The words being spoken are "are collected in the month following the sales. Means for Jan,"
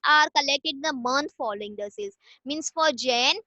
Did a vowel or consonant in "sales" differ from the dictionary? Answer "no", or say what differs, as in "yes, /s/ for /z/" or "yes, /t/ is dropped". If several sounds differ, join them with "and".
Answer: yes, /l/ is dropped